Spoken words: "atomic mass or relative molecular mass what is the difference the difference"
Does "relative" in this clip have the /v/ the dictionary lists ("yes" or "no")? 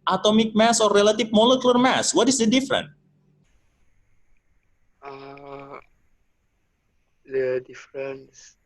no